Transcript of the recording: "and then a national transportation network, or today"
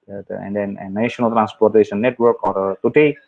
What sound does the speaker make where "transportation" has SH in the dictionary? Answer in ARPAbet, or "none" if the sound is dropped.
S